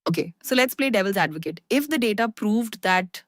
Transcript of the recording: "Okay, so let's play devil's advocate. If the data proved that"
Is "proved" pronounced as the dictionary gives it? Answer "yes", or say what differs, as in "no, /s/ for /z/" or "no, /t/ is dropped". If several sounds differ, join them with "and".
yes